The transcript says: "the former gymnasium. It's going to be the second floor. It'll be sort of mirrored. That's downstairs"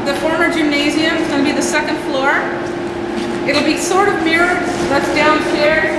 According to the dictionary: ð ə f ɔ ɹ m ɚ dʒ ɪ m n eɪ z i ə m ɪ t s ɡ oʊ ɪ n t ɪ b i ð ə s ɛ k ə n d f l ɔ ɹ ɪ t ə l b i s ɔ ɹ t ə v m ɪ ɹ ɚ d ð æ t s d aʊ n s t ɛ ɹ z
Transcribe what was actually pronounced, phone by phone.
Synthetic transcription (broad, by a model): ð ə f ɔ ɹ m ɚ dʒ ɪ m n eɪ z i ə m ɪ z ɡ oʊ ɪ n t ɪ b i ð ə s ɛ k ə n d f l ɔ ɹ ɪ t l b i s ɔ ɹ t ə v m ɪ ɹ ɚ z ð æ t s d aʊ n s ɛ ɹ